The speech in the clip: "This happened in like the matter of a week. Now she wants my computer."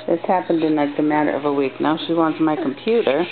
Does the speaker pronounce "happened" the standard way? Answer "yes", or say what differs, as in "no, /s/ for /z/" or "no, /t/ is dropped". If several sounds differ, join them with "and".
yes